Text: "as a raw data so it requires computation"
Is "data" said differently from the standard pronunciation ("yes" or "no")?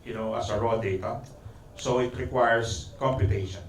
no